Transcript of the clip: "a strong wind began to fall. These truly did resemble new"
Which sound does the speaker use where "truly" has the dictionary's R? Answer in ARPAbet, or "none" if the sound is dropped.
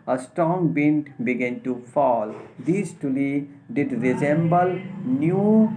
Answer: none